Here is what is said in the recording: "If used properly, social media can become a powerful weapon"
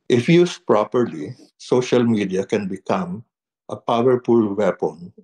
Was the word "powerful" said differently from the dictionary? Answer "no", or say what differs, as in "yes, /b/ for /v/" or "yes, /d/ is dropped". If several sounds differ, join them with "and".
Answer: yes, /p/ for /f/